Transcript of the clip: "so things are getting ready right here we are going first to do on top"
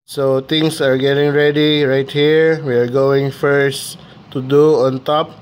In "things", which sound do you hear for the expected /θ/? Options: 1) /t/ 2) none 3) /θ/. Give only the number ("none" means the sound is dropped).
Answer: 1